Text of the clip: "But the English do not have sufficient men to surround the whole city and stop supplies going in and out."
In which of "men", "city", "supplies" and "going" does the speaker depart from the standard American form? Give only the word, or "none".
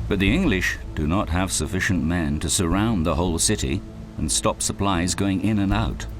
none